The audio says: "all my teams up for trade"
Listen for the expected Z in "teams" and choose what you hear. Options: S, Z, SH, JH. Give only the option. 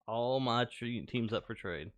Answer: Z